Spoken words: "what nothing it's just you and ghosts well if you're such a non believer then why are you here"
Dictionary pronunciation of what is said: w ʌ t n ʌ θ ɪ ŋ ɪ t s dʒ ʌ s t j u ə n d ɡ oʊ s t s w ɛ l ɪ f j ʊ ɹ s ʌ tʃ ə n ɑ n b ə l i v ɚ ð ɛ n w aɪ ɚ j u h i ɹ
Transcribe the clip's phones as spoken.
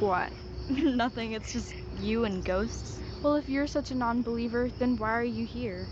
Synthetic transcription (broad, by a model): w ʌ t n ʌ θ ɪ ŋ ɪ t s dʒ ʌ s t j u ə n ɡ oʊ s t s w ɛ l ɪ f j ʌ ɹ s ʌ tʃ ə n ɑ n b ə l i v ɚ ð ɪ n w aɪ ɚ j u h i ɹ